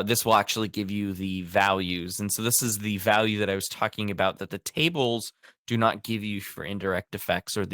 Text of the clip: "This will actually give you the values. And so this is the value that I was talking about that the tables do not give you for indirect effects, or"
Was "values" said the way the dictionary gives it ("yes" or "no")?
yes